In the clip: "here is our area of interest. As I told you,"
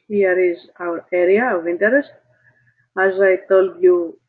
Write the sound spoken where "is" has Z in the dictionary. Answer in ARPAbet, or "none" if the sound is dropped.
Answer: Z